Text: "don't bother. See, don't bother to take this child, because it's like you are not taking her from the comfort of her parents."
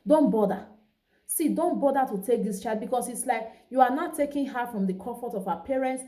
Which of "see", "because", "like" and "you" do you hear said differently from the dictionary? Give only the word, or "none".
because